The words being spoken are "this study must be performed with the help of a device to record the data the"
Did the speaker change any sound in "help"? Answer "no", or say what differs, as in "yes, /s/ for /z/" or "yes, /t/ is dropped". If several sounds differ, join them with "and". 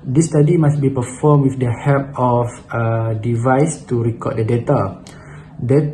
yes, /l/ is dropped